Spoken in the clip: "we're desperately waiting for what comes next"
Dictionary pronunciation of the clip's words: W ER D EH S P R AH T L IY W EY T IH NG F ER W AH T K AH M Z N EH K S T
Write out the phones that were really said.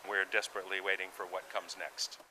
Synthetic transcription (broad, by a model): W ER D EH S P R AH T L IY W EY T IH NG F ER W AH T K AH M Z N EH K S T